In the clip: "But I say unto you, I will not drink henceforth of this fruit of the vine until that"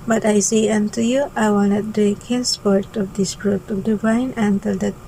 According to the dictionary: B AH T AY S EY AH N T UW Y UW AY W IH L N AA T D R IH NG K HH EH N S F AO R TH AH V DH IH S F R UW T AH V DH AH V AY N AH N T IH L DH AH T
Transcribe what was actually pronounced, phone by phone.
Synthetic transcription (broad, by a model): B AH T AY S EY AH N T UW Y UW AY W IH L N AA T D IH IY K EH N S P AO R T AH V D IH S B R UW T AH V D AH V AY N AH N T IH L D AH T